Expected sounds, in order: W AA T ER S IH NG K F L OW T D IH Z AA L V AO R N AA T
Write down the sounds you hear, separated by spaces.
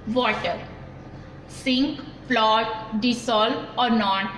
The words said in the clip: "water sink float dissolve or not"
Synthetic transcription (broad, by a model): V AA T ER S IH NG K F L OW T D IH S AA L AO R N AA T